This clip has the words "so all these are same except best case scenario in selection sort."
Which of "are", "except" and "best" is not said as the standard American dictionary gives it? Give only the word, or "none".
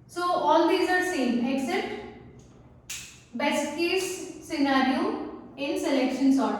except